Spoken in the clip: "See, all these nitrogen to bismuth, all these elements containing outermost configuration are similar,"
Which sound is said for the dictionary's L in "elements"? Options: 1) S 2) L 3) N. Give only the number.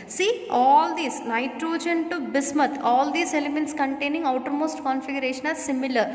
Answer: 2